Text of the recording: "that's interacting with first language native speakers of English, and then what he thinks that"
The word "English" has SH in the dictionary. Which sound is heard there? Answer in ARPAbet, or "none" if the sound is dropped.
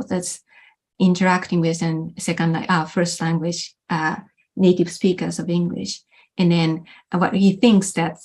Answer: SH